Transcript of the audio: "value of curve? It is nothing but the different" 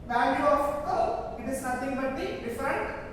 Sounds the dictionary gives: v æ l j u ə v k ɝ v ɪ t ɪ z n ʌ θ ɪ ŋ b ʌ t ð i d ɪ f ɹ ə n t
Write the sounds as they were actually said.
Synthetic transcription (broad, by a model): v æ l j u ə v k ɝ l ɪ t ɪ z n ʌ t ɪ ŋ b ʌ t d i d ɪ f ɹ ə n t